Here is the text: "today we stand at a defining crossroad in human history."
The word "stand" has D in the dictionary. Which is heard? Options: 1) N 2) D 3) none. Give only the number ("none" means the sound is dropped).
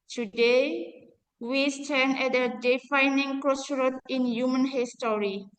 3